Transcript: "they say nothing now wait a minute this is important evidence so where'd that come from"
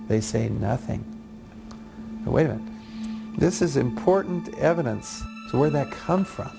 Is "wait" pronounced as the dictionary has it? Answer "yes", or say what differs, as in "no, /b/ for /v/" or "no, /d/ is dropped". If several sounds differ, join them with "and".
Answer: no, /t/ is dropped